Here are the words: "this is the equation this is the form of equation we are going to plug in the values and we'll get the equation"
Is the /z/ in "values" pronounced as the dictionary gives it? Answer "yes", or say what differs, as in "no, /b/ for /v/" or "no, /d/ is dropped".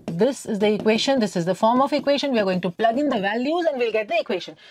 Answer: yes